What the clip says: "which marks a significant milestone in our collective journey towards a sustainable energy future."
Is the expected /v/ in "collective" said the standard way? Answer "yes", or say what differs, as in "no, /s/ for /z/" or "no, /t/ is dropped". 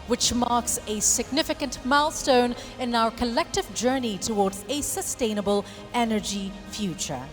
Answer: yes